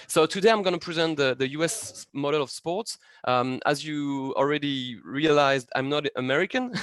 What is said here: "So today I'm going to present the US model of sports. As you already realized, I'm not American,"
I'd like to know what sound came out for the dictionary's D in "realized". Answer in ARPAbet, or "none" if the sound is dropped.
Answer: D